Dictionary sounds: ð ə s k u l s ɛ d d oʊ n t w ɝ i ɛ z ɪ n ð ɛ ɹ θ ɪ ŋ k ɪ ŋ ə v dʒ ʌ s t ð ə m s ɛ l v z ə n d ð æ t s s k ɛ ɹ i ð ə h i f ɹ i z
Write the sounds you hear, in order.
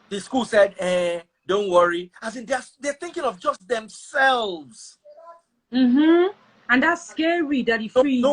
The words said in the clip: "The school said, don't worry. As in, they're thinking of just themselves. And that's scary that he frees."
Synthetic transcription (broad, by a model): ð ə s k u l s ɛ d d oʊ n t w ɝ i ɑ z ɪ n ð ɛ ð θ ɪ ŋ k ɪ ŋ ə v dʒ ʌ s t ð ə m s ɛ l v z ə n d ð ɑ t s s k ɛ ɹ i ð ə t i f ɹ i